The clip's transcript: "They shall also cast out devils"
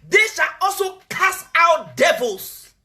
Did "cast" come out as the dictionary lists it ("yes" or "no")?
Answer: no